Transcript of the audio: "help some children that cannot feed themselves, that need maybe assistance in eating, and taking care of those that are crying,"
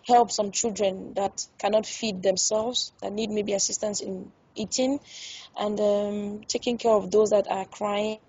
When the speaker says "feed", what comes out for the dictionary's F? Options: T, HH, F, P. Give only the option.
F